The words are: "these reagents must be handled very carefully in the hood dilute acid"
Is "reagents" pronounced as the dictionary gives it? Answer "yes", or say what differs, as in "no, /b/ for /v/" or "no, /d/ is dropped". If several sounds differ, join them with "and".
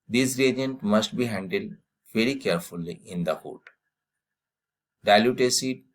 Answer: no, /s/ is dropped